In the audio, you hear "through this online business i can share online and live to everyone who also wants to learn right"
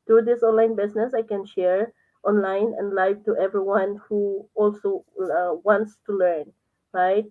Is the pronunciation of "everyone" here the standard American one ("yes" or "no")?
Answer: yes